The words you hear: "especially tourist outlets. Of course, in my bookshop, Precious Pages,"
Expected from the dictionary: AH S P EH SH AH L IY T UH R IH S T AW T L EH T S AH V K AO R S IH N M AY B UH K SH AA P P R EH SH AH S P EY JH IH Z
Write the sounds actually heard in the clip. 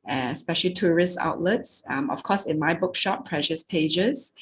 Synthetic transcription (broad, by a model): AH S P EH SH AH L IY T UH R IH S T AW T L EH T S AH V K AO S IH N M AY B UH K SH AA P P R EH SH AH S P EY JH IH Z